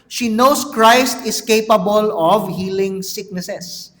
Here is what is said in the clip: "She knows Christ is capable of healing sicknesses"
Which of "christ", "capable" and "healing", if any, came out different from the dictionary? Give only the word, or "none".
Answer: none